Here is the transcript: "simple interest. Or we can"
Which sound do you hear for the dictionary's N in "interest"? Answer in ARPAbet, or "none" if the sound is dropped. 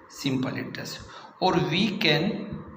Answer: none